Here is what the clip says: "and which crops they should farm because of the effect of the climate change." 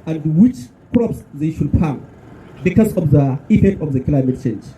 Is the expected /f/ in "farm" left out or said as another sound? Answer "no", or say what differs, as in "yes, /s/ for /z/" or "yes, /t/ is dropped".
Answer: yes, /p/ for /f/